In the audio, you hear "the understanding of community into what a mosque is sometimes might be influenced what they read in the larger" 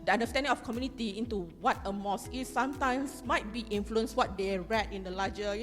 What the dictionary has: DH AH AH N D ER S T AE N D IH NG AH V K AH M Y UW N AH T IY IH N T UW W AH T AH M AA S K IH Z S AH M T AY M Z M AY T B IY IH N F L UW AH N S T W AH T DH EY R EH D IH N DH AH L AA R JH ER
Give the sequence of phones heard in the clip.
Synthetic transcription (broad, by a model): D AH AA N D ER S T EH N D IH NG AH F K AH M Y UW N AH T IY IH N T UW W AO T AH M AA S IH S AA M T AY M S M AY T B IY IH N F L UW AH N S W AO T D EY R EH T IH N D AH L AA JH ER